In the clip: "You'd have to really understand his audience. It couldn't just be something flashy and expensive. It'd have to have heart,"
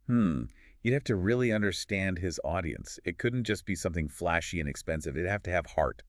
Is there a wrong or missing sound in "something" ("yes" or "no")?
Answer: no